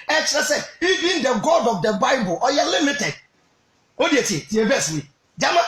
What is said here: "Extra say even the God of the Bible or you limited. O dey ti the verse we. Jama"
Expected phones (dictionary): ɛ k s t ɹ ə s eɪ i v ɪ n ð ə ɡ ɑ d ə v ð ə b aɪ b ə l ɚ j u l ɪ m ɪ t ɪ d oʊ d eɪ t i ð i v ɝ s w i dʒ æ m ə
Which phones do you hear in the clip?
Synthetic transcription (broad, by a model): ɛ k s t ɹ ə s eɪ i v ɪ n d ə ɡ ɑ d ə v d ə b aɪ b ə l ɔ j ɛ l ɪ m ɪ t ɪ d oʊ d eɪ t i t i b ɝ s w i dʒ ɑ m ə